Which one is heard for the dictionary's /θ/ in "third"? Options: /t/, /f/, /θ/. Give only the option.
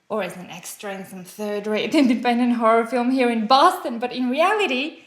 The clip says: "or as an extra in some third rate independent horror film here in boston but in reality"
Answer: /θ/